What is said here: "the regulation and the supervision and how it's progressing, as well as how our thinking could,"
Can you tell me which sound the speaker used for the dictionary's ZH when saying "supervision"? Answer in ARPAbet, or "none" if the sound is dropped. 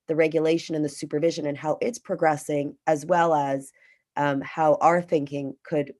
ZH